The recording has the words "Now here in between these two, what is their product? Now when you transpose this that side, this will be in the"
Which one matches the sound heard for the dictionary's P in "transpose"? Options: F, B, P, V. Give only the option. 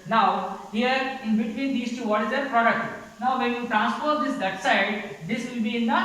F